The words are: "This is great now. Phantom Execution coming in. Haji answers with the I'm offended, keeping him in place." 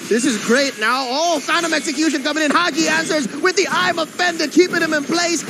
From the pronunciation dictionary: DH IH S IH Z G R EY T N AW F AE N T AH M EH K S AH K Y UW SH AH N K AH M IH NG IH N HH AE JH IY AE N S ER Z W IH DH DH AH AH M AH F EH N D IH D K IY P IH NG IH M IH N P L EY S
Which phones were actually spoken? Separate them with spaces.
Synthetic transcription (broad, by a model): DH IH S IH Z G R EY T N AW F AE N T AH M EH K S AH K Y UW SH AH N K AH M IH NG IH N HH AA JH IY AE N S ER Z W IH DH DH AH AH M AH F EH N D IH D K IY P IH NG IH M IH N P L EY S